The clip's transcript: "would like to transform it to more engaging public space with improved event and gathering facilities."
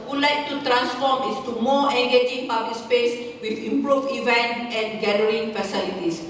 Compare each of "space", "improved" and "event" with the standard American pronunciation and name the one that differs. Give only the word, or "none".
improved